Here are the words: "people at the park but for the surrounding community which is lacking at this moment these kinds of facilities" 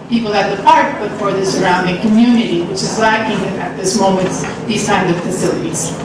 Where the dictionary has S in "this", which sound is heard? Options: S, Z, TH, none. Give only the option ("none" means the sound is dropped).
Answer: S